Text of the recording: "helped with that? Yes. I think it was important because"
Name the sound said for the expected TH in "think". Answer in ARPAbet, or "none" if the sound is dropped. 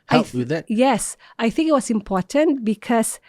TH